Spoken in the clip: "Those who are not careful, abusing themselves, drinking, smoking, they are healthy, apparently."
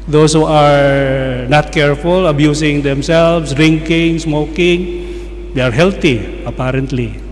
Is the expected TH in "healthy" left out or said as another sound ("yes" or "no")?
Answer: yes